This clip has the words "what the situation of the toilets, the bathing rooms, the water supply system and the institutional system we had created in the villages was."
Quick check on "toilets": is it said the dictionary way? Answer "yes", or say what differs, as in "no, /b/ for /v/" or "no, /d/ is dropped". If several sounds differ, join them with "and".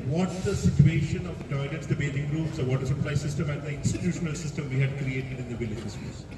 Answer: no, /n/ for /l/